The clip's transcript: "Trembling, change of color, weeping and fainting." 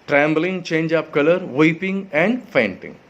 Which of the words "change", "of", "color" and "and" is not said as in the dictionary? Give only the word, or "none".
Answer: of